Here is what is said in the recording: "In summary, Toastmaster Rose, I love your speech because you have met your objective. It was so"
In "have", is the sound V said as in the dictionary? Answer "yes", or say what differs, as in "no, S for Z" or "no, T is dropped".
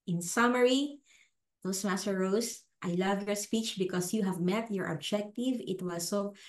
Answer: yes